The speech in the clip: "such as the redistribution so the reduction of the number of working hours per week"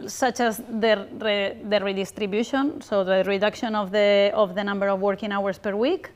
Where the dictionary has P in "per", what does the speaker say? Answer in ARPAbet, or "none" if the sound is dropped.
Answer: P